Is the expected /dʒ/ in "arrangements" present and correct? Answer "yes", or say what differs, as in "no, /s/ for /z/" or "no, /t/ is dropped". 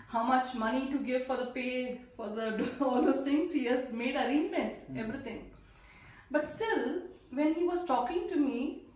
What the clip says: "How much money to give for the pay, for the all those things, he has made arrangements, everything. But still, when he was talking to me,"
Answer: no, /dʒ/ is dropped